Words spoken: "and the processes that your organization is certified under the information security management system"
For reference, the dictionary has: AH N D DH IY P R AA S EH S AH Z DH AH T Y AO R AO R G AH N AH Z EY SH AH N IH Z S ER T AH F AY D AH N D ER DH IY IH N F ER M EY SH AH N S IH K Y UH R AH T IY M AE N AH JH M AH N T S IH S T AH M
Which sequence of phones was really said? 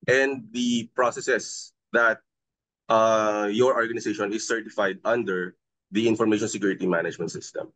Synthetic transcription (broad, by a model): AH N D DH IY P R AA S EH S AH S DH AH T Y AO R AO R G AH N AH S EY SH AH N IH S ER T AH F AY D AH N D ER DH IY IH N F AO M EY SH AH N S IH K Y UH R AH T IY M AE N AH JH M AH N T S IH S T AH M